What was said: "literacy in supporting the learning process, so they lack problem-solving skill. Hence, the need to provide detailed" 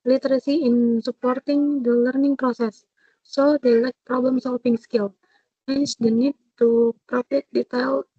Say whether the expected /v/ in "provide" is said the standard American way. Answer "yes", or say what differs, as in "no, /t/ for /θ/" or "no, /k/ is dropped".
no, /f/ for /v/